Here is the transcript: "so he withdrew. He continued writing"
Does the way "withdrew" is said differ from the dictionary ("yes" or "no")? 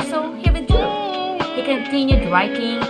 yes